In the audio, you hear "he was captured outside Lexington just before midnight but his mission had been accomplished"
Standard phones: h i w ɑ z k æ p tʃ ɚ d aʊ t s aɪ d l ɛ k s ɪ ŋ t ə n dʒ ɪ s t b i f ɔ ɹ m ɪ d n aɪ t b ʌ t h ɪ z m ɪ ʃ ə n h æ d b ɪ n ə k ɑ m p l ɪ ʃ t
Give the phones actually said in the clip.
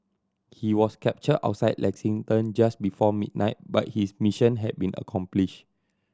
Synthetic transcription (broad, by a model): h i w ɑ s k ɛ p tʃ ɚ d aʊ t s aɪ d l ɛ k s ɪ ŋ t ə n dʒ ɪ s b i f ɔ m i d n aɪ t b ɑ t h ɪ s m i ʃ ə n h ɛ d b ɪ n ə k ɑ m p l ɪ ʃ